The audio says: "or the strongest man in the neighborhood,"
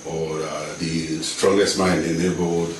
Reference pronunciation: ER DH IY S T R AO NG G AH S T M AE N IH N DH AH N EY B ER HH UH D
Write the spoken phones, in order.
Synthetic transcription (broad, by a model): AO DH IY S T R AO NG G AH S T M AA IH N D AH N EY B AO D